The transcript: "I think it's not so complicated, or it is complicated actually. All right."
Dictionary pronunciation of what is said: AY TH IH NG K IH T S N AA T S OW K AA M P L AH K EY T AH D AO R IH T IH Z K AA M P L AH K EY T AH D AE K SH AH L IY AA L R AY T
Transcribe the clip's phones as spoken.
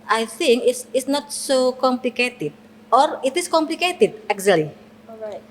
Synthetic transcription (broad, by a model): AY TH IH NG K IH S S N AA T S OW K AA M P L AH K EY T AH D AO R IH T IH S K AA M P L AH K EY T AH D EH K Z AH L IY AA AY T